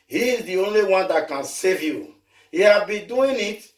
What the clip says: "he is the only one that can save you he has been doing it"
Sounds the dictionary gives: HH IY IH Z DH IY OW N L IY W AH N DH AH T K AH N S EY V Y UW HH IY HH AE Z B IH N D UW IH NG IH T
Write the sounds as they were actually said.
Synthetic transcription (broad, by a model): HH IY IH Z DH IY OW N L IY W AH N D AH T K AH N S EY V Y UW HH IY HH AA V B IH N D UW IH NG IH T